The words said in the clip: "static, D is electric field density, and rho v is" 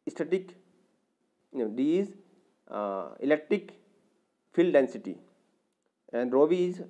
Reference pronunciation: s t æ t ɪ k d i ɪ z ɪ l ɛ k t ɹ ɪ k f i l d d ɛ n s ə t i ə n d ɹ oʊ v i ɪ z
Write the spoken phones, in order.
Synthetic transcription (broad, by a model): s t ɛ t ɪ k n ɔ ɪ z ɪ l ɛ k t ɹ ɪ k f i l d d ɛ n s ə t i ə n d ɹ oʊ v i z